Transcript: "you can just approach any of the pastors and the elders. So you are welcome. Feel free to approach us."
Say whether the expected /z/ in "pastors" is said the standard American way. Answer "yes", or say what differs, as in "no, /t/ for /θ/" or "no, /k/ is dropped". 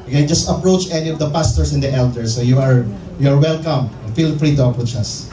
no, /s/ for /z/